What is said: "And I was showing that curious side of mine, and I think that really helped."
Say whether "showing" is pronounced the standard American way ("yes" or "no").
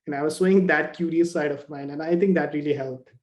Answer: no